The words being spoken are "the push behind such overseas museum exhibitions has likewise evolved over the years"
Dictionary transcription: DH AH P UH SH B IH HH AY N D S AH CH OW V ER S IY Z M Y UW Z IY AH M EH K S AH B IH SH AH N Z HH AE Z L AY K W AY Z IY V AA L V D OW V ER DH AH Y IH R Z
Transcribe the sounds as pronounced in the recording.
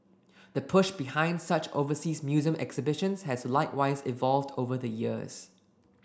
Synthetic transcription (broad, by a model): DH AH P UH SH B IH HH AY N D S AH CH OW V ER S IY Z M Y UW Z IY AH M EH K S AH B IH SH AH N S HH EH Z L AY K W AY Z IY V AA L V D OW V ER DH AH Y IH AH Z